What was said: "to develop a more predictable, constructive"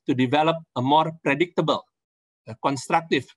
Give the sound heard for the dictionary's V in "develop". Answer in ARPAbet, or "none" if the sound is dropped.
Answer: V